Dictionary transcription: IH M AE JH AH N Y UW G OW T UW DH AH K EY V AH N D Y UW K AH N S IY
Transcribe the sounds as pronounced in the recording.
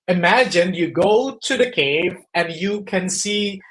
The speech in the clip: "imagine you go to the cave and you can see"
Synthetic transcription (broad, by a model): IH M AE JH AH N Y UW G OW T UW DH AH K EY V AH N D Y UW K AH N S IY